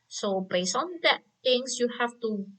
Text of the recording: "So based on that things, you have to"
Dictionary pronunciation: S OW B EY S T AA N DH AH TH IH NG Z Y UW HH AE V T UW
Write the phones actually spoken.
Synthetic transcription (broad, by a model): S OW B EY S AA N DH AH T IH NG S Y UW HH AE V T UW